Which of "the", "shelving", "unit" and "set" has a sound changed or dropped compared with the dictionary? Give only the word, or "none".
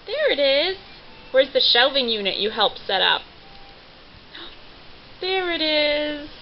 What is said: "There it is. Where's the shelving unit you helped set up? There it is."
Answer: none